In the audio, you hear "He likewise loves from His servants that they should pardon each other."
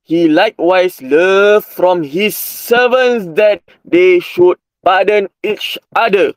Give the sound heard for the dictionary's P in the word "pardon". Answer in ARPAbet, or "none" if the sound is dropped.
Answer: B